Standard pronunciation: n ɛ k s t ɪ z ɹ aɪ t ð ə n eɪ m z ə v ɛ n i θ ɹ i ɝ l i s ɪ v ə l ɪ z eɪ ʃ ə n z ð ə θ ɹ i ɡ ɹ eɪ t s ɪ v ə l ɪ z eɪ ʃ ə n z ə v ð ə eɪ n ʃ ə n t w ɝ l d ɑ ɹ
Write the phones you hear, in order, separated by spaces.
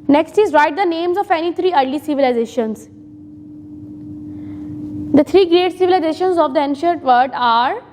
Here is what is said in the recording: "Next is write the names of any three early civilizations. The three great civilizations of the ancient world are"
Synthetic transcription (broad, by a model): n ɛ k s t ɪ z ɹ aɪ t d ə n eɪ m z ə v ɛ n i t ɹ i ɝ l i s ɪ v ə l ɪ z eɪ ʃ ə n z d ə t ɹ i ɡ ɹ eɪ t s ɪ v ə l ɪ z eɪ ʃ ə n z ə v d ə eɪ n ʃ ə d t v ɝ d ɑ ɹ